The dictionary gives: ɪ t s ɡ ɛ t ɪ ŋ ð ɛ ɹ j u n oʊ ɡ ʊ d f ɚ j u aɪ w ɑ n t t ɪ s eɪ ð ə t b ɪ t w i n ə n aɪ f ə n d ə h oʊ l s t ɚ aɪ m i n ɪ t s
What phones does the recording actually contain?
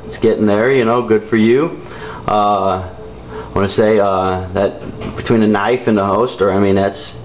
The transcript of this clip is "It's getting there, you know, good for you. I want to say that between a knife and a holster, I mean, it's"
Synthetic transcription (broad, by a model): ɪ t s ɡ ɛ t ɪ ŋ ð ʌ ɹ j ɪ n oʊ ɡ ʊ d f ɚ j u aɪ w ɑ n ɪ s eɪ ð ə t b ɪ t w i n ə n aɪ f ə n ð ə h oʊ s t ɚ aɪ m i n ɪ t s